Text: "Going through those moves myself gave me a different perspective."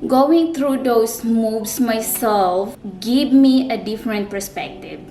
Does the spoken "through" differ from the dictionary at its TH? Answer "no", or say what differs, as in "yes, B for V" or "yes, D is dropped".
yes, T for TH